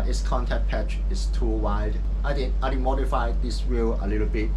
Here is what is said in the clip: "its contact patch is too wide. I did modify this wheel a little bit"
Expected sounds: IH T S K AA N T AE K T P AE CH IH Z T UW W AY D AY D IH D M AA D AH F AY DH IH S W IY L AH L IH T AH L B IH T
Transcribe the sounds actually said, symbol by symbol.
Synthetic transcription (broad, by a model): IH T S K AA N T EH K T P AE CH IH S T UW W AY D AY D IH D M AA D AH F AY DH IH S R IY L AH L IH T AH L B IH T